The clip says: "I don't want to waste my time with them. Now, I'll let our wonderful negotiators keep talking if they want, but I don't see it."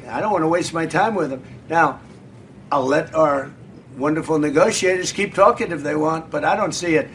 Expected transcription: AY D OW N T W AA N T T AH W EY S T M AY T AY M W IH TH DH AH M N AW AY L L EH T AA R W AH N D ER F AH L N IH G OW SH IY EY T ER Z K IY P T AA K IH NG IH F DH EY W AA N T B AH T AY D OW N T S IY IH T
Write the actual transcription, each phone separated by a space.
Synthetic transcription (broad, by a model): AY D OW N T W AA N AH W EY S T M AY T AY M W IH DH AH M N AW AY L L EH T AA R W AH N D ER F L N IH G OW SH IY EY T ER Z K IY P T AA K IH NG IH F DH EY W AA N T B AH T AY D OW N T S IY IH T